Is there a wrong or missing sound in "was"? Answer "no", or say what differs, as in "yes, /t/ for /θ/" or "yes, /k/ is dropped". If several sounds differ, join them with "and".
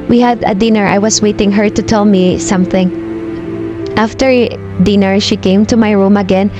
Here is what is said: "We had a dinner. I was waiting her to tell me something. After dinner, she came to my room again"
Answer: yes, /s/ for /z/